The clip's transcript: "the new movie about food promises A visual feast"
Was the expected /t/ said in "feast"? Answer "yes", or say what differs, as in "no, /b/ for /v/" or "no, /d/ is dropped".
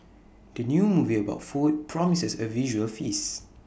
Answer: no, /t/ is dropped